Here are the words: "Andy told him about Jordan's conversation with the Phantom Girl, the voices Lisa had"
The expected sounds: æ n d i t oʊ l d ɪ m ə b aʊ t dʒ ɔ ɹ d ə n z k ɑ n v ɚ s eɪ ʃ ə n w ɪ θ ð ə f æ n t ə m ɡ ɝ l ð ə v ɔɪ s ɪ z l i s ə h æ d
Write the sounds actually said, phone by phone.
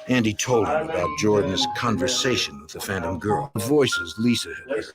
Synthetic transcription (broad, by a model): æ n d i t oʊ l d ɪ m ə b aʊ t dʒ ɔ ɹ d n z k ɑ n v ɚ s eɪ ʃ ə n w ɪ ð ə f æ n t ə m ɡ ɝ l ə v ɔɪ s ɪ z l i s ə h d